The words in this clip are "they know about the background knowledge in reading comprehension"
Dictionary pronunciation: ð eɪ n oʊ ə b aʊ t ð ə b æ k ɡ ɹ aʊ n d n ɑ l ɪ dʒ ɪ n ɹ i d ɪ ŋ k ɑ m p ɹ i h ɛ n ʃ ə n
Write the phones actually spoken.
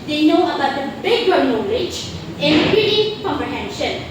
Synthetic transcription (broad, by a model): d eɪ n oʊ ə b aʊ t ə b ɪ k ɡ aʊ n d n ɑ l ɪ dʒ ɪ n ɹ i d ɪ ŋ k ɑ m p ɹ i h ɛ n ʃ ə n